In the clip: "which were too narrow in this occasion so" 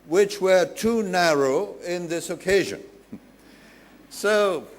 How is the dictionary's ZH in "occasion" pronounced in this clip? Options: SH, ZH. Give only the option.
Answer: ZH